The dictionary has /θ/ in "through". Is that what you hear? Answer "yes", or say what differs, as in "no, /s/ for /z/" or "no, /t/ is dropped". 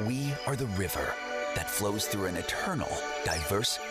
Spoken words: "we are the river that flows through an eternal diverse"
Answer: yes